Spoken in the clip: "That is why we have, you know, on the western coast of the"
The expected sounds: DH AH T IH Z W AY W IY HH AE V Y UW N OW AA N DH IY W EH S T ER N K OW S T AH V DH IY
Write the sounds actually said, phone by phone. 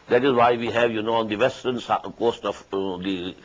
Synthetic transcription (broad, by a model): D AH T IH S W AY W IY HH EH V Y UW N OW AA N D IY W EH S T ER N K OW S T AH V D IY